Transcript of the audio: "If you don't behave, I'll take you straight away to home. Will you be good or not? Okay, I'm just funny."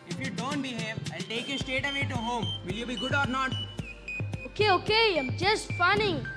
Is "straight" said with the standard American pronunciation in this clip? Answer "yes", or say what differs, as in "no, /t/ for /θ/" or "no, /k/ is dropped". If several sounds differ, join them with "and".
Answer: no, /ɹ/ is dropped